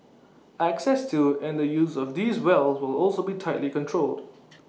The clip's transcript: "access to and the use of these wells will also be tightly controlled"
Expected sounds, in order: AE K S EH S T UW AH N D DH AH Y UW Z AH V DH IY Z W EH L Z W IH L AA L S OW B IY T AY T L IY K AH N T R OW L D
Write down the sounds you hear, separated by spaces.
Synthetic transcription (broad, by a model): AE K S EH S T UW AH N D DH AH Y UW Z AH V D IY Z W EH L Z W IH L AA L S OW B IY T AY T L IY K AH N T R OW L D